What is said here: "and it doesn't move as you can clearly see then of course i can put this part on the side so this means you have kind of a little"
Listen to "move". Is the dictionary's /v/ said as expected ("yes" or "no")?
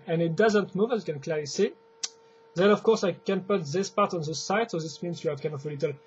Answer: yes